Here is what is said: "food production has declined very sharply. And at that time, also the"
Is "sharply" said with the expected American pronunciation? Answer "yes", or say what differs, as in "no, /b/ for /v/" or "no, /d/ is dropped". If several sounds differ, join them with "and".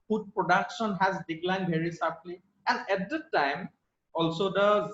no, /s/ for /ʃ/